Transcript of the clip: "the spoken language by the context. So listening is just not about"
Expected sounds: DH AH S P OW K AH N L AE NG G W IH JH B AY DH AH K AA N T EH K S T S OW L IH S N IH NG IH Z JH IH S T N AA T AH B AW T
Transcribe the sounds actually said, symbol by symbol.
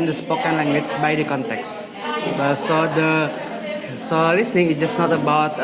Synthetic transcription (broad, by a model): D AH S P OW K AH N L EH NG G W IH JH B AY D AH K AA N T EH K S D S OW L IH S N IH NG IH S JH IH S N AA T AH B AW T